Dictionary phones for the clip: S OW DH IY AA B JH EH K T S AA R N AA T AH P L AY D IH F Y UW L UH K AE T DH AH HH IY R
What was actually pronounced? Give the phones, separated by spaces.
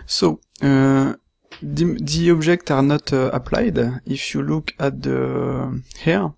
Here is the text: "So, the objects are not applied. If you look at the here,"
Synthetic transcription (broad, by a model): S OW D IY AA B ZH EH K T AA R N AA T AH P L AY D IH F Y UW L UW K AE T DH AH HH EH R